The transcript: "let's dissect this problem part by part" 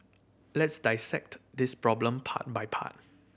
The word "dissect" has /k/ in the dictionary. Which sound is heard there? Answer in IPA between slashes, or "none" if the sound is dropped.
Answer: /k/